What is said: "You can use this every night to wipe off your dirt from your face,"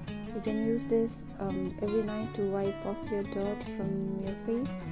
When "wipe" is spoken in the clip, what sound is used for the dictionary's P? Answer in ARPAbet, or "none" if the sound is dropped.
P